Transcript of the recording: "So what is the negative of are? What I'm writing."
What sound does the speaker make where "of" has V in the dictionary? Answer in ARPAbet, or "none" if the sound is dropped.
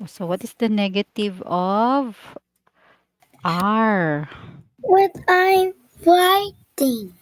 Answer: V